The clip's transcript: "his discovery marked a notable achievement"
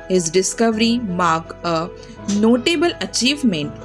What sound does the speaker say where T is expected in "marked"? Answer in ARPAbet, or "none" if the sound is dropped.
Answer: none